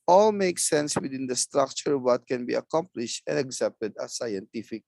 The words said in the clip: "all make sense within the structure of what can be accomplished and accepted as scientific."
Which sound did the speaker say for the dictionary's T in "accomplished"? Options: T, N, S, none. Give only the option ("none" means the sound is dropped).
T